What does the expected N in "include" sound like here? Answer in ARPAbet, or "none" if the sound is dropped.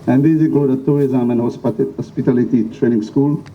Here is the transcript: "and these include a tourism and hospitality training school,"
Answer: none